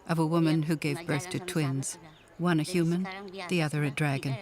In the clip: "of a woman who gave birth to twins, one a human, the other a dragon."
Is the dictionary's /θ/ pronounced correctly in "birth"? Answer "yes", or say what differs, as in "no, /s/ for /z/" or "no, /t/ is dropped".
yes